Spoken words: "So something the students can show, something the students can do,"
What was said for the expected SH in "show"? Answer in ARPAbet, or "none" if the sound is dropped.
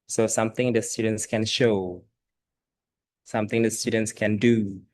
SH